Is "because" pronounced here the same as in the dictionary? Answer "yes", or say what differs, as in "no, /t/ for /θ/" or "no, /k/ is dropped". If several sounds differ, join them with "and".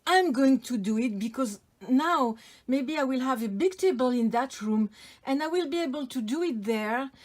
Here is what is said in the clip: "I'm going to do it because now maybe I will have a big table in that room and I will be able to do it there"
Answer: yes